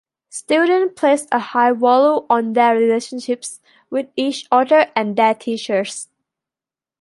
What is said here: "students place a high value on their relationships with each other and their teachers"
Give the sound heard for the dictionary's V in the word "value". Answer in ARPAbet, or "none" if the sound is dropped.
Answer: W